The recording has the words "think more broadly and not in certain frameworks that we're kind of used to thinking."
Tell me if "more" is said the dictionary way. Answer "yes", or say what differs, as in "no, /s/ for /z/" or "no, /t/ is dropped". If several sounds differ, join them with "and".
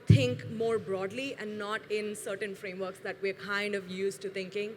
yes